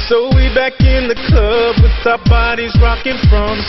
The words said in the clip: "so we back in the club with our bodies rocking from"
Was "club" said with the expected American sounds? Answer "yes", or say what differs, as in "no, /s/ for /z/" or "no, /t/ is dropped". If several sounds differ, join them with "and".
no, /l/ is dropped